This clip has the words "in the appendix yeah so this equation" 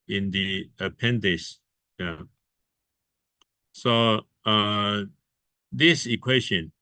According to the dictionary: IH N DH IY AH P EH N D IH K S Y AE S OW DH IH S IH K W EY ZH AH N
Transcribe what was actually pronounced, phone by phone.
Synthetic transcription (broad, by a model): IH N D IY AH P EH N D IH S Y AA S OW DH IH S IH K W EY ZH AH N